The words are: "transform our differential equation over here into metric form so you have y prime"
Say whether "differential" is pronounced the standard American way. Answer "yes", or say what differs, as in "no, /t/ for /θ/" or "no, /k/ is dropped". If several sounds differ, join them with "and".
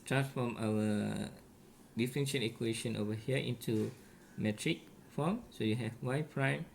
no, /n/ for /l/